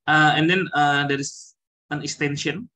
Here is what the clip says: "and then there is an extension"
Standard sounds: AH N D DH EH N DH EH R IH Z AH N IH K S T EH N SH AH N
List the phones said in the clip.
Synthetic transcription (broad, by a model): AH N D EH N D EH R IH S AH N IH K S T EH N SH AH N